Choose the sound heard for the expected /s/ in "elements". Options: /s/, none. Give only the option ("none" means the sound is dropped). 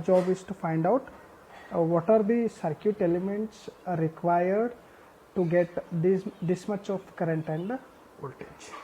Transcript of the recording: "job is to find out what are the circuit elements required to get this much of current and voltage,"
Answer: /s/